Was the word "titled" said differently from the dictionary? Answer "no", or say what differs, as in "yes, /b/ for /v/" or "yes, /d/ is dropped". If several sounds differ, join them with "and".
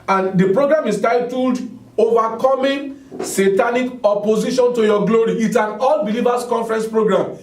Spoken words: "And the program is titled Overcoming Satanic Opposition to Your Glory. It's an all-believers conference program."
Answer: no